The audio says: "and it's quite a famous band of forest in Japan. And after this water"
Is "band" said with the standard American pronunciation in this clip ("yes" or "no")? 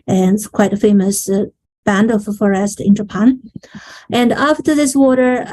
yes